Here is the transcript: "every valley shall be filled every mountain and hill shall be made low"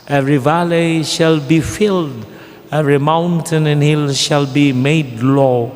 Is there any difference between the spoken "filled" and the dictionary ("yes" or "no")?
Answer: no